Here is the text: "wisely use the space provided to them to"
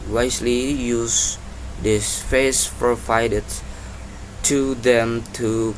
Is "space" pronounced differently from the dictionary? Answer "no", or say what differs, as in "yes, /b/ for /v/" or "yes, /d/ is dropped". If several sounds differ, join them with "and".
yes, /f/ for /p/